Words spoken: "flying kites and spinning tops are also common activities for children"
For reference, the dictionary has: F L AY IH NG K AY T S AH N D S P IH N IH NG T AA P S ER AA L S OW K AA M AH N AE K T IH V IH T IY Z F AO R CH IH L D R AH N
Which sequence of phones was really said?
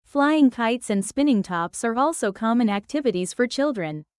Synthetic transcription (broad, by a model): F L AY IH NG K AY T S AH N D S P IH N IH NG T AA P S ER AA L S OW K AA M AH N AE K T IH V IH T IY Z F AO R CH IH L D R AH N